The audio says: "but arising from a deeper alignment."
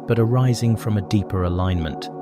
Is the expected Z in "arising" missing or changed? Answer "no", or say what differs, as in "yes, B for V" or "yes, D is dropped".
no